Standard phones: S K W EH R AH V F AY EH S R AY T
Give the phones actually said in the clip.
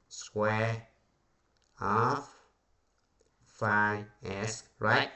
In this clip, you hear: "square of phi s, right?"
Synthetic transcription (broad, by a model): S K W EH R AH F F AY EH S R AY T